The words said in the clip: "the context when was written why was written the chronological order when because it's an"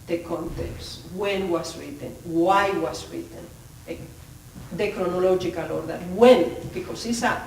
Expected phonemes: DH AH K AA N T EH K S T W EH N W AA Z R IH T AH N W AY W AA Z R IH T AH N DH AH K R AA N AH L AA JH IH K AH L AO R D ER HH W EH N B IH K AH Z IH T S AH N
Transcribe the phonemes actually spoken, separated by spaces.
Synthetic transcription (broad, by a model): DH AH K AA N T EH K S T W EH N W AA S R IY T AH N W AY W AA S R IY T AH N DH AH K R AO N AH L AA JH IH K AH L AO R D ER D W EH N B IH K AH S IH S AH